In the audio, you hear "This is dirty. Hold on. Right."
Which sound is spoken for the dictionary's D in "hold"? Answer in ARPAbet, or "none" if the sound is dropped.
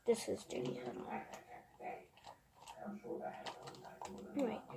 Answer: none